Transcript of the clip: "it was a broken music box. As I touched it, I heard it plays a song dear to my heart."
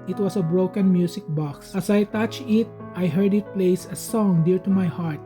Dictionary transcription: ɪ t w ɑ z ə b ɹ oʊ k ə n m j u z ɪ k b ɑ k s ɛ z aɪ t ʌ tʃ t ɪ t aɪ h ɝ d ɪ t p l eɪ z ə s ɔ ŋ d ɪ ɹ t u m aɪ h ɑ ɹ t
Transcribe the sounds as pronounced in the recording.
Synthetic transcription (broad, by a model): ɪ t w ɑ s ə b ɹ oʊ k ə n m j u s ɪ k b ɑ k s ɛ s aɪ t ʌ tʃ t ɪ t aɪ h ɝ d ɪ t p l eɪ s ə s ɔ ŋ d ɪ ɹ t u m aɪ h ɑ ɹ t